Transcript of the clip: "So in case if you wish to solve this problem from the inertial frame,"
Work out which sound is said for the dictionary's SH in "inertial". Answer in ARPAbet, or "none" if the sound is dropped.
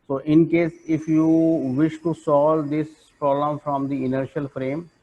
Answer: SH